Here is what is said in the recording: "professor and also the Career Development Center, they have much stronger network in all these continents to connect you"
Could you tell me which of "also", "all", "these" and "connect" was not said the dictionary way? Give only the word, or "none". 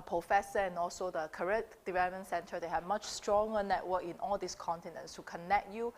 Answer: these